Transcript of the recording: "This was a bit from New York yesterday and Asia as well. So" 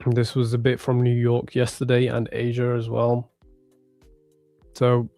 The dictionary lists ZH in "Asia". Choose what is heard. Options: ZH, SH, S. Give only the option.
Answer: ZH